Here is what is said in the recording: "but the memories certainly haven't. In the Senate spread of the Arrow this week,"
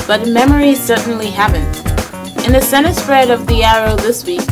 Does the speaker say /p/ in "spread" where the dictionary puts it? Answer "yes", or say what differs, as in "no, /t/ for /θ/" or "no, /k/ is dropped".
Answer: no, /f/ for /p/